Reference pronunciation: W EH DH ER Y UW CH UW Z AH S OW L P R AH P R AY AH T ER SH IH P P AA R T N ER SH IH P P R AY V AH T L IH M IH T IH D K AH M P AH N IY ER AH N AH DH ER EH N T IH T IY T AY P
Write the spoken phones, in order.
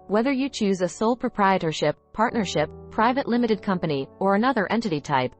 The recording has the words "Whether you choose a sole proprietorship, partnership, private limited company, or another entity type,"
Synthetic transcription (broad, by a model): W EH DH ER Y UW CH UW Z AH S OW L P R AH P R AY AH T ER SH IH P P AA R T N ER SH IH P P R AY V AH T L IH M IH T IH D K AH M P AH N IY ER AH N AH DH ER EH N T IH T IY T AY P